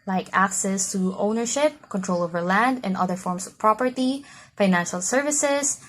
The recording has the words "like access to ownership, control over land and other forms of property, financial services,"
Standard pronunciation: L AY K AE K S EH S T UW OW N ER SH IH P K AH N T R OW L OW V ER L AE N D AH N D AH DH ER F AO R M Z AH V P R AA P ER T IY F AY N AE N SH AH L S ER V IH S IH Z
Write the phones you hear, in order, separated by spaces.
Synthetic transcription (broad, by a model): L AY K AE K S EH S T UW OW N ER SH IH P K AH N T R OW L OW V ER L AE N D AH N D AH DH ER F AO R M S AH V P R AA P ER T IY F AY N AE N SH AH L S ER V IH S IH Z